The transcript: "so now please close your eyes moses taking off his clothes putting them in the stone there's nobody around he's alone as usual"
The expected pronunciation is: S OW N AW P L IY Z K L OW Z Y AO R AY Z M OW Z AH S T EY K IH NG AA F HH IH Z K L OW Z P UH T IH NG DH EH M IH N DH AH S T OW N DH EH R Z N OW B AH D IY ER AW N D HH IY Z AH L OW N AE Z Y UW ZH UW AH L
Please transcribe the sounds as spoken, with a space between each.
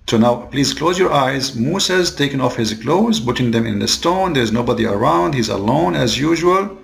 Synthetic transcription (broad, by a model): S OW N AW P L IY Z K L OW Z Y AO R AY Z M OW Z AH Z T EY K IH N AA F HH IH Z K L OW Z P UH T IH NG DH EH M IH N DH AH S T OW N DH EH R Z N OW B AH D IY ER AW N D HH IY Z AH L OW N AE Z Y UW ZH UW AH L